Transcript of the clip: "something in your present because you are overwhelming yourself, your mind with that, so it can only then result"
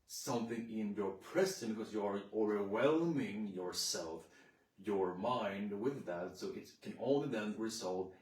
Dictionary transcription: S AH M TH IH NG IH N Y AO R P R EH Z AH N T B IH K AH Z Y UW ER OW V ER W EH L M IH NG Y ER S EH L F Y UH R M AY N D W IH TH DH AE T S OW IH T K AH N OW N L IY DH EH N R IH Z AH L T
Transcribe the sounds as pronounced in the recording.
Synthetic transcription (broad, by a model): S AH M TH IH NG IH N Y AO R P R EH S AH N B IH K AH Z Y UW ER OW V ER W EH L M IH NG Y ER S EH L F Y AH R M AY N D W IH DH AE T S OW IH T K AH N OW N L IY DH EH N R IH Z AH L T